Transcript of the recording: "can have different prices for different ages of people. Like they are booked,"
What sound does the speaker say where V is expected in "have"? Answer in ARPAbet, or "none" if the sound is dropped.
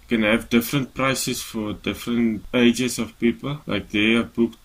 V